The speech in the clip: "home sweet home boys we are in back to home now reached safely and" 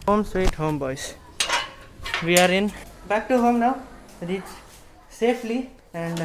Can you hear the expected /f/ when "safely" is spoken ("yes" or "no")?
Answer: no